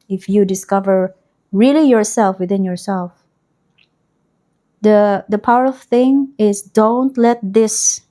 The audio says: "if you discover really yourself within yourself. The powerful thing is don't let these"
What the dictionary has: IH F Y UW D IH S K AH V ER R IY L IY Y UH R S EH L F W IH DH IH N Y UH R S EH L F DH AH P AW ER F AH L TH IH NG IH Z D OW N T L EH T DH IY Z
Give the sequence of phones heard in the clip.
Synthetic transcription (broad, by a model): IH F Y UW D IH S K AH V ER R IY L IY Y UH R S EH L F W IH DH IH N Y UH R S EH L F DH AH P AW ER AH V TH IH NG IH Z D OW N T L EH T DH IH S